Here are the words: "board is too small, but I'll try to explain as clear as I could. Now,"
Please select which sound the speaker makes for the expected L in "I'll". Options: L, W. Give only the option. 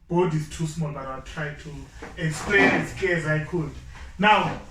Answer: W